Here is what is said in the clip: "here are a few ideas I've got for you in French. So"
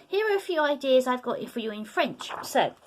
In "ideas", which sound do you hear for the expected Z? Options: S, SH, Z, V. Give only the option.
Z